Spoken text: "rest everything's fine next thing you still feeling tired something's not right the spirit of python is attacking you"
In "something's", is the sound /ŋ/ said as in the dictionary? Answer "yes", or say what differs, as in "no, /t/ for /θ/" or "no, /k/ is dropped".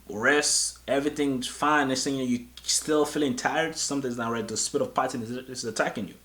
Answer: no, /ŋ/ is dropped